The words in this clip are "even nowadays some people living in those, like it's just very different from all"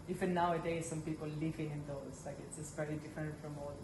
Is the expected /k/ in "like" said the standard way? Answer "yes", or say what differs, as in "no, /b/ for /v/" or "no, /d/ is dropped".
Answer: yes